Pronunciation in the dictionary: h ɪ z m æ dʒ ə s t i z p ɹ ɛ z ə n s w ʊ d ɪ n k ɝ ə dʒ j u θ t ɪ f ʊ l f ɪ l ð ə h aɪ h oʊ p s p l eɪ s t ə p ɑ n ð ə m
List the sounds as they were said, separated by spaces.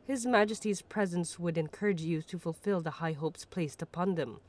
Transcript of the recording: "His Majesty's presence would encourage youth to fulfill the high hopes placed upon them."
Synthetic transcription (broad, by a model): h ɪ z m æ dʒ ə s t i z p ɹ ɛ z ə n s w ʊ d ɪ n k ɝ ə dʒ j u t ɪ f ʊ l f ɪ l ð ə h aɪ h oʊ p s p l eɪ s t ə p ɑ n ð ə m